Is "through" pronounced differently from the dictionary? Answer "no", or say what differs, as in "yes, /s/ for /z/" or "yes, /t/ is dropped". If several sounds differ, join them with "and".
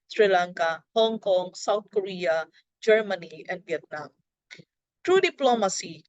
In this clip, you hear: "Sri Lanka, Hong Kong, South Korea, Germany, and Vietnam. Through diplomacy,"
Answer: yes, /t/ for /θ/